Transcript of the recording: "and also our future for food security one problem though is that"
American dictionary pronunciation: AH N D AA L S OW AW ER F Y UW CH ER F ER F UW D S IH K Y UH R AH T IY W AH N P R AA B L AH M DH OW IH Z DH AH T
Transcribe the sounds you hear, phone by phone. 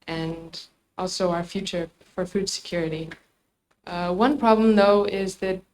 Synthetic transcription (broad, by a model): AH N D AA L S OW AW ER F Y UW CH ER F ER F UW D S IH K Y UH R AH T IY W AH N P R AA B L AH M DH OW IH Z DH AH T